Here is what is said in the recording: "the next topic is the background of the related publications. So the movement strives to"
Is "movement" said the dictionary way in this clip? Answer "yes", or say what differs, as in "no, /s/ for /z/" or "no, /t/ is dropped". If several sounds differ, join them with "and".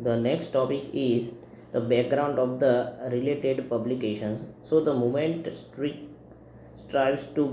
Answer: no, /v/ is dropped